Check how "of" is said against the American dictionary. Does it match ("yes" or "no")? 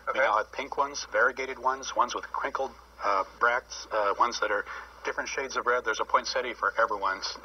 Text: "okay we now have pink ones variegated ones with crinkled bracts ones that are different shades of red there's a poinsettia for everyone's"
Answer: yes